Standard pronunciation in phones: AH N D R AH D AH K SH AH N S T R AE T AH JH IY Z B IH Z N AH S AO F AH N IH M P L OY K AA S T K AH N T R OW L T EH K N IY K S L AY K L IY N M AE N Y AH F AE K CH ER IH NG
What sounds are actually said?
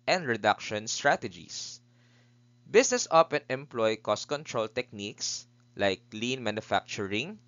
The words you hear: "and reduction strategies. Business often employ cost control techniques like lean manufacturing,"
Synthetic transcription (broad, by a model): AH N D R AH D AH K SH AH N S T R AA T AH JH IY S B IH S N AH S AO P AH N IH M P L OY K AA S T K AH N T R OW L T EH K N IY K S L AY K L IY N M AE N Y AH F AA K CH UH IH NG